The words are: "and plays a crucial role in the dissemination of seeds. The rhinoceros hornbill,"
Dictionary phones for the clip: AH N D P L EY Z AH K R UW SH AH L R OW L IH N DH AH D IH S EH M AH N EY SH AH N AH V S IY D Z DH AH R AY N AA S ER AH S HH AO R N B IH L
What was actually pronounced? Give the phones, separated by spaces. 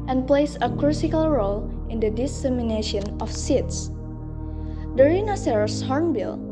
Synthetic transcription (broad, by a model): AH N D P L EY S AH K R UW S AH L R OW L IH N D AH D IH S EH M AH N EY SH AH N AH F S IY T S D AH R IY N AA S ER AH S HH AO R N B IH L